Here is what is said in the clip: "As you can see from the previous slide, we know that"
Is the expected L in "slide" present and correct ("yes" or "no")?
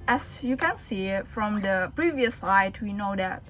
no